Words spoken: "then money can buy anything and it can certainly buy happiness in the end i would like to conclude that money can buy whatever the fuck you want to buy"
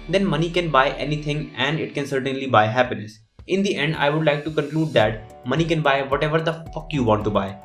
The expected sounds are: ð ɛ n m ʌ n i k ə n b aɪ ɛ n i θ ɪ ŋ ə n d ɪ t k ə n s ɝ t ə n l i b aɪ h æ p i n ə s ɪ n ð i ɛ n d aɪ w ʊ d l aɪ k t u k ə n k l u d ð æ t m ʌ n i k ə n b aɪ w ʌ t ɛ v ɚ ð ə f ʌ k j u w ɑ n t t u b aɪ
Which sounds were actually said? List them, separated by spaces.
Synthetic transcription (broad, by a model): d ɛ n m ʌ n i k ə n b aɪ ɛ n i t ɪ ŋ ə n d ɪ t k ə n s ɝ t ə n l i b aɪ h æ p i n ə s ɪ n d i ɛ n d aɪ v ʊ d l aɪ k t u k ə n k l u d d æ t m ʌ n i k ə n b aɪ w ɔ t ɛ v ɚ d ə f ʌ k j u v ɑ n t t u b aɪ